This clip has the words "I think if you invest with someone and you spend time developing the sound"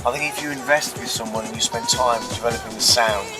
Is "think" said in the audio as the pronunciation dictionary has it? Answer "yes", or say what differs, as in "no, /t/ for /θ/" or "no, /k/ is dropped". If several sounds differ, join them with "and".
yes